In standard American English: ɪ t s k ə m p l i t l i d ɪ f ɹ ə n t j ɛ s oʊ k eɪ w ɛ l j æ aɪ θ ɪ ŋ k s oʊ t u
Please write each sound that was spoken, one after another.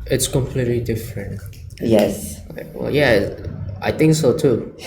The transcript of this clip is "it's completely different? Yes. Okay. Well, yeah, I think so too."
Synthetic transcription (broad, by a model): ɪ t s k ə m p l i t l i d ɪ f ɹ ə n t j ɛ s w ɛ l j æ aɪ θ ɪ ŋ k s oʊ t u